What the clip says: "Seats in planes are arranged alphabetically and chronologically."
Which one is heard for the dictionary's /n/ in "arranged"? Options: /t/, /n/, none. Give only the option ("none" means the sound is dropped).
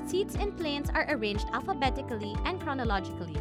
/n/